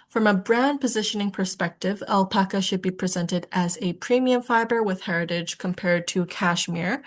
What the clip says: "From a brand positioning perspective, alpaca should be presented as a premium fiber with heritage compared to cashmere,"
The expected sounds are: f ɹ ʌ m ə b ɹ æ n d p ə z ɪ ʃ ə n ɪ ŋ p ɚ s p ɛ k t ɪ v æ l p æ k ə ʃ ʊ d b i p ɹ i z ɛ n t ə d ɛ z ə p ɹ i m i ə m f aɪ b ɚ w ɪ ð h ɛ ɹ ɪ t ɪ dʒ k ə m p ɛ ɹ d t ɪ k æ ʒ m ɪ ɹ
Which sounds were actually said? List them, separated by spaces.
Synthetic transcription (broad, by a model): f ɹ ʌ m ə b ɹ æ n p ə z ɪ ʃ ə n ɪ ŋ p ɚ s p ɛ k t ɪ v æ l p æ k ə ʃ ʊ d b i p ɹ i z ɛ n t ə d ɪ z ə p ɹ i m i ə m f aɪ b ɚ w ɪ ð h ɛ ɹ ɪ t ɪ dʒ k ə m p ɛ ɹ d t ɪ k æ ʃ m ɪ ɹ